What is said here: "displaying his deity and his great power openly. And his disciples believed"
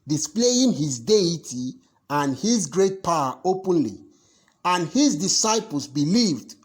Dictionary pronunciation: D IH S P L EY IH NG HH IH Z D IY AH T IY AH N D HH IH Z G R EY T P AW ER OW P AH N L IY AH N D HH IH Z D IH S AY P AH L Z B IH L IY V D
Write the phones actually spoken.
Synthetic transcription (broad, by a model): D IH S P L EY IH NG HH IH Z D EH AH T IY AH N HH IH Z G R EY T P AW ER OW P AH N L IY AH N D HH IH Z D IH S AY P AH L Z B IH L IY V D